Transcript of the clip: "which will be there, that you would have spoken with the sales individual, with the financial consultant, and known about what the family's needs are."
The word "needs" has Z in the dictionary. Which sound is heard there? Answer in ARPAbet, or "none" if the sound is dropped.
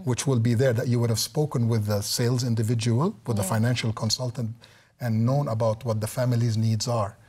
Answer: Z